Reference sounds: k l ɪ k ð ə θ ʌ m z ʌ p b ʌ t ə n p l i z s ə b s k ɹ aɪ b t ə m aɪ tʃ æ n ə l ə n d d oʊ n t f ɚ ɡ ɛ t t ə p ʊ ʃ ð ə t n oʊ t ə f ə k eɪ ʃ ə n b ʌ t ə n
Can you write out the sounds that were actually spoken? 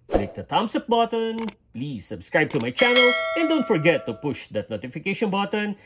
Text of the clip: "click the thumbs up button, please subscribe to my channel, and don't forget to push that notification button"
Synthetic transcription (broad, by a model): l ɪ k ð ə t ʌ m s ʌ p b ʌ t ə n p l i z s ə b s k ɹ aɪ b t ə m aɪ tʃ æ n ə l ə n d d oʊ n t f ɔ ɡ ɛ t t ə p ʊ ʃ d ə t n oʊ t ə f ə k eɪ ʃ ə n b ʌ t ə n